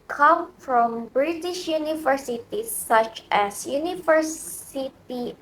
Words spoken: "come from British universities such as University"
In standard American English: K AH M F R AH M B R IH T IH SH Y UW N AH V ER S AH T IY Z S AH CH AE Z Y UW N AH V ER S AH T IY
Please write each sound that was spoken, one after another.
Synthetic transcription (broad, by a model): K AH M F R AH M B R IH T IH SH Y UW N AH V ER S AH T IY S AH CH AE S Y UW N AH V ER S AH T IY